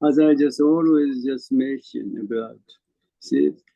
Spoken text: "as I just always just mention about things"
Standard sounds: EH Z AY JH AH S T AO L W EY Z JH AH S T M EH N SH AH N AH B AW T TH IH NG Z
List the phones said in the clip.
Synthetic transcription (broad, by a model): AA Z AY JH AH S T AO L W EY Z JH AH S T M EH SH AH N AH B AW T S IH